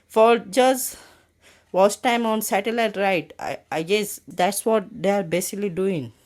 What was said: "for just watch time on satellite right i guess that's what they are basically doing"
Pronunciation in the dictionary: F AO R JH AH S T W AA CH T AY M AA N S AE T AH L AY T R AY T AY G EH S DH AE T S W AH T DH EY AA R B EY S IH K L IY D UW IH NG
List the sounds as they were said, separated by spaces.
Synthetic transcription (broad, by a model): F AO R JH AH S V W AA S T AY M AA N S AE T AH L AY T R AY T AY G EH S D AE T S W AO T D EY AA R B EY S IH K L IY D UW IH NG